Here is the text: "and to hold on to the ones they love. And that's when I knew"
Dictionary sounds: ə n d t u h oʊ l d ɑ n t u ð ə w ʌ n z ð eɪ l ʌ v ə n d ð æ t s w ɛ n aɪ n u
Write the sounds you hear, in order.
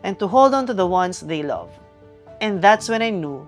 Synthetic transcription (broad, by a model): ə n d t u h oʊ l d ɑ n t u ð ə w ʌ n s ð eɪ l ʌ v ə n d ð æ t s w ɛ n aɪ n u